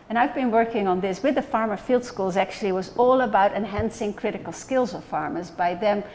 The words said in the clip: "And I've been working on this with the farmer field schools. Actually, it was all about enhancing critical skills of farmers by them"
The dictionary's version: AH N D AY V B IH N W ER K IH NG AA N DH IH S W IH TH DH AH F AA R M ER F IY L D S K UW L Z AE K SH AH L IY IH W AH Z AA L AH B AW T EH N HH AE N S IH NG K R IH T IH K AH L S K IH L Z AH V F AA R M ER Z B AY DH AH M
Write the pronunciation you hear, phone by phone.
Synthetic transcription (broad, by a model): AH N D AY V B IH N W ER K IH NG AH N DH IH S W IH DH AH F AA R M ER F IY L D S K UW L Z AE K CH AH L IY W AH Z AA L AH B AW T EH N HH AE N S IH NG K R IH T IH K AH L S K IH L Z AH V F AA R M ER Z B AY DH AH M